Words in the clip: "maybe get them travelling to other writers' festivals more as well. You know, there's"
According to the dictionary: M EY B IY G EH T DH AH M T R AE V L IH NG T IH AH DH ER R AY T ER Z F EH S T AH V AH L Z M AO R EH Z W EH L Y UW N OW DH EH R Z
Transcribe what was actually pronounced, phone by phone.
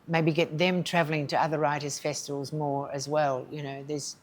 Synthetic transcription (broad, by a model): M EY B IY G EH T DH AH M T R AE V L IH NG T IH AH DH ER R AY T ER Z F EH S T AH V AH L Z M AO R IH Z W EH L Y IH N OW DH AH R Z